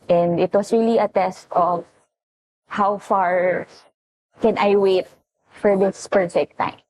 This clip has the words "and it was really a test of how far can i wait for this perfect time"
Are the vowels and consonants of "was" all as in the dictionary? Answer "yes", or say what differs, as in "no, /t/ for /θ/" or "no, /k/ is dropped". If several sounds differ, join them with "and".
no, /s/ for /z/